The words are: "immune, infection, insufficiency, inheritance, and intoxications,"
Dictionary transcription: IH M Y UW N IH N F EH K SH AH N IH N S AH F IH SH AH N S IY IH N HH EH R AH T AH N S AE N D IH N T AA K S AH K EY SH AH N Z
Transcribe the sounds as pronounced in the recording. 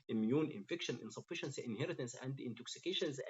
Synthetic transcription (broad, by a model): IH M Y UW N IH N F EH K SH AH N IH N S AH F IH SH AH N S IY IH N HH EH R AH T AH N S AE N D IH N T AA K S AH K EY SH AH N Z